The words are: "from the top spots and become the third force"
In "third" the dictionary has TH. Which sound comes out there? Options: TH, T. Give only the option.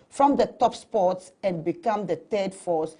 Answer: T